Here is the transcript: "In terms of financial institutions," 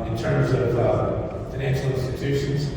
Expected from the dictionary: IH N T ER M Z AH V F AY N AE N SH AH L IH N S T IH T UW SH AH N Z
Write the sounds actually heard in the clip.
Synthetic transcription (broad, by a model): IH N T ER M Z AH V F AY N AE N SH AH L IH N S T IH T UW SH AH N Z